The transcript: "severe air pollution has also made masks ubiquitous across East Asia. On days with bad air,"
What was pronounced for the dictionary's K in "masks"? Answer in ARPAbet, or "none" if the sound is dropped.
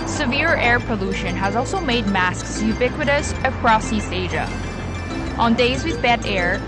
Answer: K